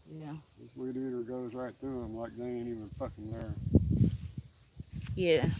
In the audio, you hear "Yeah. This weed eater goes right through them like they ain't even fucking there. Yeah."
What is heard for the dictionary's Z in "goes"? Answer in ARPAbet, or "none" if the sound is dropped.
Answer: Z